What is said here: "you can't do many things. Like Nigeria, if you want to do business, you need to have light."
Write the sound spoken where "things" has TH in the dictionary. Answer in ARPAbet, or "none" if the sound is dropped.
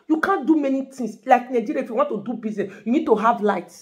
T